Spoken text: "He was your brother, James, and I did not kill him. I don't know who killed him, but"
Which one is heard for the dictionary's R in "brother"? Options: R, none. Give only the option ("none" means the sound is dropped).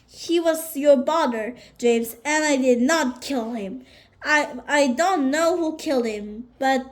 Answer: none